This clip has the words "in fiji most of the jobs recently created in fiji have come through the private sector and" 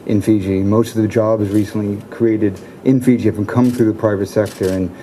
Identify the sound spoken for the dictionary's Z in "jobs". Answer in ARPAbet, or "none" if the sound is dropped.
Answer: Z